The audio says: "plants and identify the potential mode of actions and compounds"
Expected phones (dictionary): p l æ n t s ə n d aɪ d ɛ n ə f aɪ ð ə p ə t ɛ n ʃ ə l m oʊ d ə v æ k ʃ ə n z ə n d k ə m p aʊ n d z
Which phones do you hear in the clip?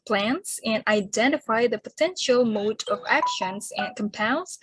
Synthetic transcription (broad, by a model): p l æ n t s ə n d aɪ d ɛ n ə f aɪ ð ə p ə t ɛ n ʃ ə l m oʊ d ə v æ k ʃ ə n z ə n k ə m p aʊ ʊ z